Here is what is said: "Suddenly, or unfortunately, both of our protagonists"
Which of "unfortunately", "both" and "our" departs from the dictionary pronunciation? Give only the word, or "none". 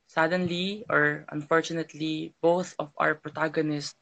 none